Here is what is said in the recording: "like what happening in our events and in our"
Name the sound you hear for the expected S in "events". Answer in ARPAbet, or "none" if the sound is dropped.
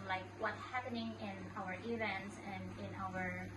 S